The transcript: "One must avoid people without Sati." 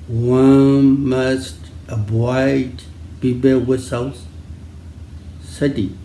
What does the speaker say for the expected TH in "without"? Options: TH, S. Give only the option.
S